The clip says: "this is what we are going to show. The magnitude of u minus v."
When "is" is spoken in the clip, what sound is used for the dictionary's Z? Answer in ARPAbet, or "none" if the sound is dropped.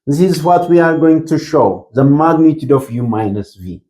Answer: Z